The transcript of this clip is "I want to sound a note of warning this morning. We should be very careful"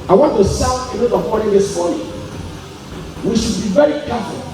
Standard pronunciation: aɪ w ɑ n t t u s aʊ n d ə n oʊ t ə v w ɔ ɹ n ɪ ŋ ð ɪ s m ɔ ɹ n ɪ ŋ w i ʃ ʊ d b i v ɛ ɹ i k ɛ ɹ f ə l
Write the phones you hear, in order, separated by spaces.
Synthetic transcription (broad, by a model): aɪ w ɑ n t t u s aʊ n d ə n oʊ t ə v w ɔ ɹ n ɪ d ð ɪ s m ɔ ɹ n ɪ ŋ w i ʃ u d b i v ɛ ɹ i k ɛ f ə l